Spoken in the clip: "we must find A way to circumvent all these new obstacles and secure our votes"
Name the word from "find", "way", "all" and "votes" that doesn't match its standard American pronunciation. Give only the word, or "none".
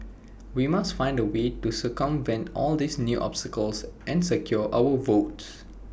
none